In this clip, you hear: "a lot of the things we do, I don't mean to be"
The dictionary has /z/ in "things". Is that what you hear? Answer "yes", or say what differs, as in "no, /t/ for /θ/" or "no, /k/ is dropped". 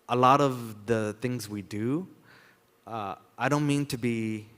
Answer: yes